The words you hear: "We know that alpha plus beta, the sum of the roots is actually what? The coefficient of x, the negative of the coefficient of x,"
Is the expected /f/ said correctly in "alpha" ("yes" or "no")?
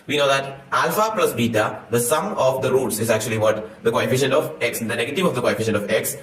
yes